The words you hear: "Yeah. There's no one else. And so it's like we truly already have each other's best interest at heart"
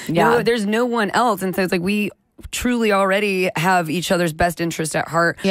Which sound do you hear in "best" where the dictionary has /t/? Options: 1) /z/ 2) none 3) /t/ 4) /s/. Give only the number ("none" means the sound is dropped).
3